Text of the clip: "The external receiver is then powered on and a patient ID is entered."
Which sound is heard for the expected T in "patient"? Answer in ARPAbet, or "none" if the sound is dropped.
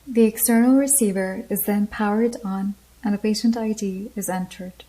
T